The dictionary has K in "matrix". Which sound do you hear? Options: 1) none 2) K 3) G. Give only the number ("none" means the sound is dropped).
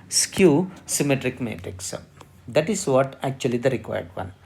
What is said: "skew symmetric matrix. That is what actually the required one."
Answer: 2